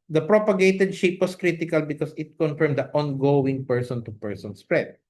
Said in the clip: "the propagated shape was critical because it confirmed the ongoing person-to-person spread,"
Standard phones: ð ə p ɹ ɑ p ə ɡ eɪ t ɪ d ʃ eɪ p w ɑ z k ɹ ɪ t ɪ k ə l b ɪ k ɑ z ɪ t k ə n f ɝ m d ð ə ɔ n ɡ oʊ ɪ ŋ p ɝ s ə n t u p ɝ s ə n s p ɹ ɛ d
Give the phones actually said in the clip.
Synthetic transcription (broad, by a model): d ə p ɹ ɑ p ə ɡ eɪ t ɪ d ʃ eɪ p w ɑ s k ɹ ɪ t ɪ k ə l b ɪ k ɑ s ɪ t k ə n f ɝ m d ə ɔ n ɡ oʊ ɪ ŋ p ɝ s ə n t u p ɝ s ə n s p ɹ ɛ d